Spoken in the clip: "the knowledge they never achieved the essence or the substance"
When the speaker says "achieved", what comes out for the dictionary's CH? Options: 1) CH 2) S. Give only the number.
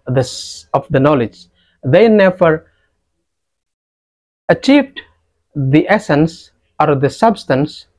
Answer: 1